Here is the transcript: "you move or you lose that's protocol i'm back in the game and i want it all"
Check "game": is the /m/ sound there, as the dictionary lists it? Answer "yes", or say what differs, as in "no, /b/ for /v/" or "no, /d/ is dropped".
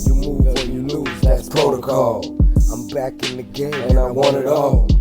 no, /m/ is dropped